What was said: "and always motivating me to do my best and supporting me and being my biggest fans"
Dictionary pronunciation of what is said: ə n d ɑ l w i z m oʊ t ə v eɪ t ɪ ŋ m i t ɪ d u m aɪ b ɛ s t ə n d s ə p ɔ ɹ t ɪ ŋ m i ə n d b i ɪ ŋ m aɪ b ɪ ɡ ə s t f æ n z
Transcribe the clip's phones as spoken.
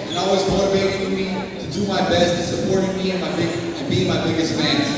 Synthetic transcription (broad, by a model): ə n ɑ l w i z m oʊ t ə v eɪ t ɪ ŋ m i t ɪ d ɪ m aɪ b ɛ s t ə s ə p ɔ ɹ t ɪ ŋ m i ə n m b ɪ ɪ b m aɪ b ɪ ɡ ə s t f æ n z